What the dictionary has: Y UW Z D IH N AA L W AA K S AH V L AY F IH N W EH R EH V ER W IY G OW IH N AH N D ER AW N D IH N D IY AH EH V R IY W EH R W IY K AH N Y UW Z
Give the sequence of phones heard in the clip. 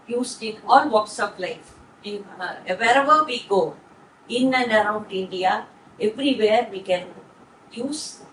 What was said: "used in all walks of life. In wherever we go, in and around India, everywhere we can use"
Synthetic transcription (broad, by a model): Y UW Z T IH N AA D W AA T S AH P L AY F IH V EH R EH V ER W IY G OW IH N AH N D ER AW N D IH N D IY AH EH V R IY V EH R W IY K AH N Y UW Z